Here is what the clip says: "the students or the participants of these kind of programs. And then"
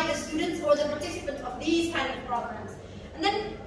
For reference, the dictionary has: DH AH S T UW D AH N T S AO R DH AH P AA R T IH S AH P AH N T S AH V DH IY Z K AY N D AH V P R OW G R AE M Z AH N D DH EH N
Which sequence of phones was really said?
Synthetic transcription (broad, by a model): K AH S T UW D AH N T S AO R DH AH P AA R T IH S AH P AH N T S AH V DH IY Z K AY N AH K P R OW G R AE M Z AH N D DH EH N